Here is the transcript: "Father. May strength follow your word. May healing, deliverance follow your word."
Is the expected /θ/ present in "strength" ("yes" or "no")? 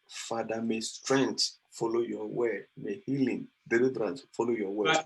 no